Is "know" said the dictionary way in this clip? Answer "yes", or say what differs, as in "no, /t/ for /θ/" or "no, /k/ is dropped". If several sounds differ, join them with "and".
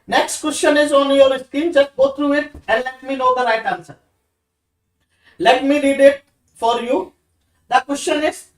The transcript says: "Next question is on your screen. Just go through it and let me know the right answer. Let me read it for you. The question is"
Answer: no, /l/ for /n/